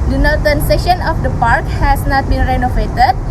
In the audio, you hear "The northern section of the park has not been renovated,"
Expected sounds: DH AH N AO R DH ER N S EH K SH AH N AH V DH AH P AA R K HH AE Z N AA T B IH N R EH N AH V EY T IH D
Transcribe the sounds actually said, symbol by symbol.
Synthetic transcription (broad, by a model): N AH N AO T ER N S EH SH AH N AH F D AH P AA R K HH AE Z N AA T B IH N R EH N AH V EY T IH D